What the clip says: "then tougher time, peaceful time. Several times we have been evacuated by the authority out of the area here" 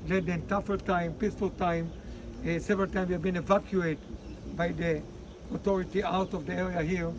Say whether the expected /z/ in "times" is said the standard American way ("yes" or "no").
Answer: no